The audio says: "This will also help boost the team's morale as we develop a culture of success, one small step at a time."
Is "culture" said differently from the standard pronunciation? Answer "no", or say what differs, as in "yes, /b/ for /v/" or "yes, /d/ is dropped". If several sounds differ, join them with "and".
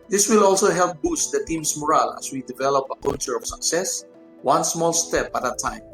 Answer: yes, /l/ is dropped